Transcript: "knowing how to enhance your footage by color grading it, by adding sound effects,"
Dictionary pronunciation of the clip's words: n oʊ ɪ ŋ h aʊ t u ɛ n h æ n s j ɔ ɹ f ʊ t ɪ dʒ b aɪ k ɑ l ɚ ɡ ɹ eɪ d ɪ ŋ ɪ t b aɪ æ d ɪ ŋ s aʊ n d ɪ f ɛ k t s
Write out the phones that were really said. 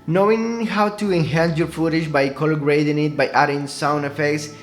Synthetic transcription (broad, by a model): n oʊ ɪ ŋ h aʊ t u ɛ n h æ n s j ɔ ɹ f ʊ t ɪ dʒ b aɪ k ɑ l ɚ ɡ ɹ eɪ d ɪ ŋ ɪ t b aɪ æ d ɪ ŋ s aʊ n ɪ f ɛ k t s